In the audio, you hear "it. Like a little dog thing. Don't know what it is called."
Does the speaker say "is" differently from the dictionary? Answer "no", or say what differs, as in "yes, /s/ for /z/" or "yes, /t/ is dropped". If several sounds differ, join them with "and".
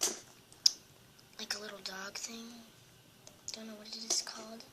yes, /s/ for /z/